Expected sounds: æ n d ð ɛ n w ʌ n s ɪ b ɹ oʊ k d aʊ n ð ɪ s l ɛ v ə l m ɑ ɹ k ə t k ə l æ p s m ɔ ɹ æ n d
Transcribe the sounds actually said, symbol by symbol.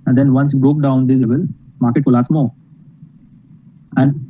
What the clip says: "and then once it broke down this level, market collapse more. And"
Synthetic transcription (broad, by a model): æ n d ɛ n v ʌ n s ɪ b ɹ oʊ k d aʊ n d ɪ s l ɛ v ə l m ɑ ɹ k ə t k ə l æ s m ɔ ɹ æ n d